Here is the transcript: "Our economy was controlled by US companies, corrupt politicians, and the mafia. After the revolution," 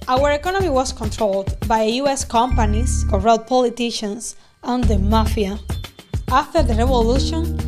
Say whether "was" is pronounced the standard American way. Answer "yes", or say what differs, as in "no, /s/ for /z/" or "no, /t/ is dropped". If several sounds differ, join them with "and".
no, /s/ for /z/